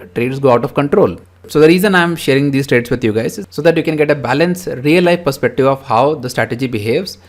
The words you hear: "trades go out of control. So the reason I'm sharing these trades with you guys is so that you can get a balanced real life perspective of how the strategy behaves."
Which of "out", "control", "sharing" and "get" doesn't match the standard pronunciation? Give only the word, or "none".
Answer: none